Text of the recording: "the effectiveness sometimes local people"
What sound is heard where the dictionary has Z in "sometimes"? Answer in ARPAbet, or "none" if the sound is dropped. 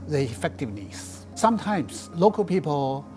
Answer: S